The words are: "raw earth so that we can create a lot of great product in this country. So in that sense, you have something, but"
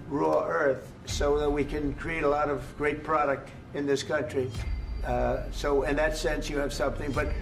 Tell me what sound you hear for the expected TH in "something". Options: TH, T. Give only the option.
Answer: TH